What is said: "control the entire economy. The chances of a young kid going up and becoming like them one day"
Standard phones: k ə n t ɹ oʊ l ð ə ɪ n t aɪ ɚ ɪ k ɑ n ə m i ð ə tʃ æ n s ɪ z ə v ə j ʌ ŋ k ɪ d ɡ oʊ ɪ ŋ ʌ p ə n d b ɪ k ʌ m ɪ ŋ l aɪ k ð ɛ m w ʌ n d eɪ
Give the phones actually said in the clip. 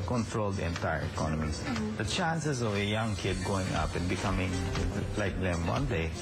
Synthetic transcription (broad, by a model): k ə n t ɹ oʊ l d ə n t aɪ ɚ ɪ k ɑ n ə m i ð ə tʃ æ n s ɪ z ə v ə j ʌ ŋ k ɪ d ɡ oʊ ɪ ŋ ʌ p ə n b ɪ k ʌ m ɪ ŋ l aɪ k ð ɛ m w ʌ n d eɪ